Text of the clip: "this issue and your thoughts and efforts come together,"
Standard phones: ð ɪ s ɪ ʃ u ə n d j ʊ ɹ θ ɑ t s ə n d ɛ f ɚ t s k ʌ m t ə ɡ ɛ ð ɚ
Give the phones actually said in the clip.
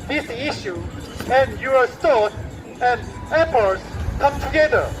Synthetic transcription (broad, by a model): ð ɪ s ɪ ʃ u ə n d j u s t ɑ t ə n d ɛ p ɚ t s k ʌ m t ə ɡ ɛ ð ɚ